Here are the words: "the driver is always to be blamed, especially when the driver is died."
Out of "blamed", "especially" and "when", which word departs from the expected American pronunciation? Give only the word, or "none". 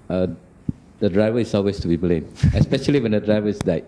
blamed